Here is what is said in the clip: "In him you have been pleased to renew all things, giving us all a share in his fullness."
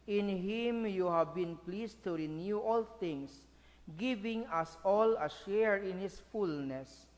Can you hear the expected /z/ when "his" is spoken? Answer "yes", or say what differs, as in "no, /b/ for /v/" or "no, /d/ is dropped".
no, /s/ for /z/